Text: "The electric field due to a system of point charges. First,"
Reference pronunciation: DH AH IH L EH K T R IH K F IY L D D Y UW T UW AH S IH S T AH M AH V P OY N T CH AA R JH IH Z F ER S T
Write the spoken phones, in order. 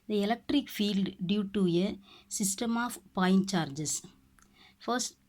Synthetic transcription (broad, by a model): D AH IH L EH K T R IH K F IY L D D Y UW T UW AH S IH S T AH M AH F P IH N CH AA R JH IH S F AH S T